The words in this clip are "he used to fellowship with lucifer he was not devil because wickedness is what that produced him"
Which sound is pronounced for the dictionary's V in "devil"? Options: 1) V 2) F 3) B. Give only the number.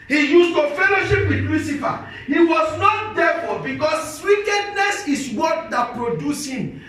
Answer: 2